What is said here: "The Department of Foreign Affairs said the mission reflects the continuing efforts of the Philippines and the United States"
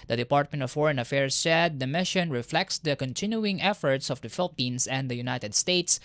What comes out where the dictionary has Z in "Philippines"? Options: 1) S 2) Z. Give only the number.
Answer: 1